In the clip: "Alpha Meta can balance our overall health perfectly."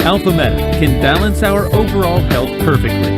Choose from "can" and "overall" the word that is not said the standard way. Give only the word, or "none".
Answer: none